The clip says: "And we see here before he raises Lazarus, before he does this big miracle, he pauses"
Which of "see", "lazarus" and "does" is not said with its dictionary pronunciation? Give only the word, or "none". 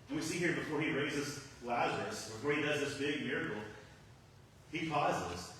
none